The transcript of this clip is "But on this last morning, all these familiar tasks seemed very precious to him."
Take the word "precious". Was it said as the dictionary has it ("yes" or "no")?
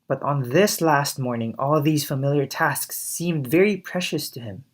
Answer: yes